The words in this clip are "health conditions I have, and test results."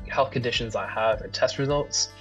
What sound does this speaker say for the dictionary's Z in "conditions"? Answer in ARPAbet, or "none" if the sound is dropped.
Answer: Z